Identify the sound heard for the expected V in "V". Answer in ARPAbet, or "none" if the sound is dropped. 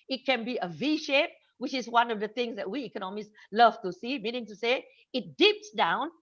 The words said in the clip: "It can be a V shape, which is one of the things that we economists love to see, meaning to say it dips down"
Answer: V